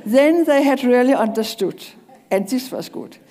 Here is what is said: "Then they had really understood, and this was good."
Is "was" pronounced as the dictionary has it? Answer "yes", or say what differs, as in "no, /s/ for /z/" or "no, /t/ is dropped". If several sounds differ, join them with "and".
no, /s/ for /z/